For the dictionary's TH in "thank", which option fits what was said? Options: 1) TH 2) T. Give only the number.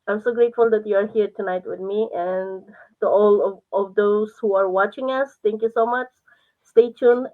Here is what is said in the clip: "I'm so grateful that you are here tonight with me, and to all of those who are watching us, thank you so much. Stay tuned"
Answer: 2